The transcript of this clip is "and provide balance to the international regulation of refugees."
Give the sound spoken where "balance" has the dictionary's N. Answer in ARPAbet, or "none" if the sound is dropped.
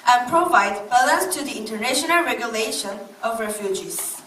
none